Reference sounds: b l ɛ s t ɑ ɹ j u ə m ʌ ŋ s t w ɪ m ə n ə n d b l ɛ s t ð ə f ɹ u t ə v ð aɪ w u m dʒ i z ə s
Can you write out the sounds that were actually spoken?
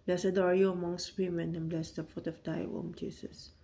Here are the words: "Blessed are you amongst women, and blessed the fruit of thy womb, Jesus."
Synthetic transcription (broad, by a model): b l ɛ s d ɑ ɹ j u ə m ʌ ŋ s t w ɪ m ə n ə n b l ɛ s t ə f u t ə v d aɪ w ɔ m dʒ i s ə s